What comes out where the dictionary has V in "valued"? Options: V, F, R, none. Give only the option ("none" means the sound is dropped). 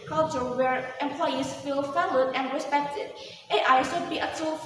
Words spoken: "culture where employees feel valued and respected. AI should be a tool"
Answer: F